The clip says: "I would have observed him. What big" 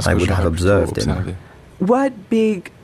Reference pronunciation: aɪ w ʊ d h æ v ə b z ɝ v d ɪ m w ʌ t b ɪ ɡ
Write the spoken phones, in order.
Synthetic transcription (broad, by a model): aɪ w ʊ d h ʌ v ə b z ɝ v d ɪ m w ʌ t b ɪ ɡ